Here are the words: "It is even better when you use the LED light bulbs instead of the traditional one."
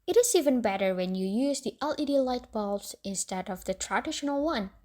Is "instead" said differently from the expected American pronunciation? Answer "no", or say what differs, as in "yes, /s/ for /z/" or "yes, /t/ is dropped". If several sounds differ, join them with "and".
no